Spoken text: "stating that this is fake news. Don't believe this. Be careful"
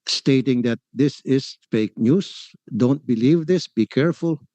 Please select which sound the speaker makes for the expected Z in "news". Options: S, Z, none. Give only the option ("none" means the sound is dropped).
S